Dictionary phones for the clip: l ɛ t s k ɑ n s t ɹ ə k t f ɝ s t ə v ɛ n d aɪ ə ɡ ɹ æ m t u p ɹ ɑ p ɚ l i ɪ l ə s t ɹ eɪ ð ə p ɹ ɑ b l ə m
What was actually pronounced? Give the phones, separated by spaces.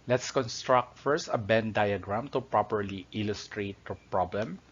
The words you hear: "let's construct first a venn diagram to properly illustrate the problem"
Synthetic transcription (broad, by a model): l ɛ t s k ɑ n s t ɹ ə k t f ɝ s t ə b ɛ n d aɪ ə ɡ ɹ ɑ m t u p ɹ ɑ p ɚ l i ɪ l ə s t ɹ eɪ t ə p ɹ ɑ b l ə m